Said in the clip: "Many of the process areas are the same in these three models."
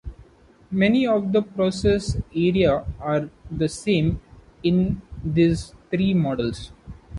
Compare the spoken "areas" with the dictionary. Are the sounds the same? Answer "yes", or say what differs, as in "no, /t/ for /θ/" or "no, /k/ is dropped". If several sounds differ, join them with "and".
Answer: no, /z/ is dropped